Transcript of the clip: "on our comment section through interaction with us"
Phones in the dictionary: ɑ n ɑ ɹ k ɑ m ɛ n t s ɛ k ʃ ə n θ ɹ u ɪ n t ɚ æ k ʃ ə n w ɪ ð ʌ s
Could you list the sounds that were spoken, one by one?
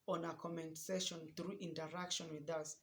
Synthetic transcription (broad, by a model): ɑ n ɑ k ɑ m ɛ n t s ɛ ʃ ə n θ ɹ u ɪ n t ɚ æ k ʃ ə n w ɪ ð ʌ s